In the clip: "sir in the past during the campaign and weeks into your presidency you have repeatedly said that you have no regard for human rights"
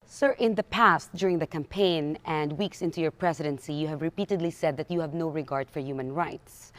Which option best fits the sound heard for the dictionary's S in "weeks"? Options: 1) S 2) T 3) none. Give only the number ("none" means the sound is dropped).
1